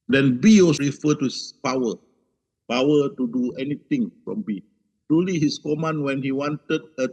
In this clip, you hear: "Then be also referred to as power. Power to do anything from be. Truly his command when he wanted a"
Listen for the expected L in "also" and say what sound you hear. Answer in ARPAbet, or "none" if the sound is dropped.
none